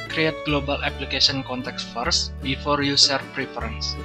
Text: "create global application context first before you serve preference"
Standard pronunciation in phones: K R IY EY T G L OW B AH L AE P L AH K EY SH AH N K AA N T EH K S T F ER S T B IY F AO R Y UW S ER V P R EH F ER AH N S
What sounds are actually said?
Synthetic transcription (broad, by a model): K R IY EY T G L OW B AH L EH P L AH K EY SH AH N K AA N T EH K S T F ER S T B IY F AO R Y UW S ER F P R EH F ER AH N S